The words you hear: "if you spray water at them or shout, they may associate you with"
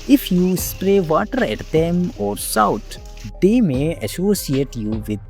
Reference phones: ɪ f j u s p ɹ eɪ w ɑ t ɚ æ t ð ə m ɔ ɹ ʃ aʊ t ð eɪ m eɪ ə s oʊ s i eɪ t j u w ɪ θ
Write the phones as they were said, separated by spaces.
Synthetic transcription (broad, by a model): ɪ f j u s p ɹ eɪ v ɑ t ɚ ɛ t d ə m ɔ ɹ s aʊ t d eɪ m eɪ ə s oʊ s i eɪ t j u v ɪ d